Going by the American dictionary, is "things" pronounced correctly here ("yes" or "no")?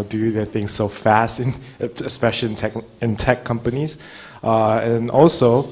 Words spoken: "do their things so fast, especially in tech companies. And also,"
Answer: yes